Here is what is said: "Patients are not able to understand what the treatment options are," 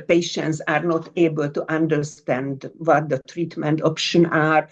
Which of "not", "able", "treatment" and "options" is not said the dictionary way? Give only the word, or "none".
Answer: options